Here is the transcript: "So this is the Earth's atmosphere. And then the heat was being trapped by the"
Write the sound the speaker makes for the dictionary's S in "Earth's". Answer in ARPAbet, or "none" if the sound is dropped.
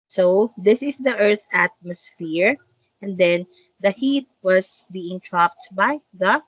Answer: none